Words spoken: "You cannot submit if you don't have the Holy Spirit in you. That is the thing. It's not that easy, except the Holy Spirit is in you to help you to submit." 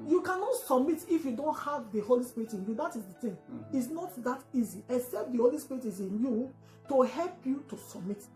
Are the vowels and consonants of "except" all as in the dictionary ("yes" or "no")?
yes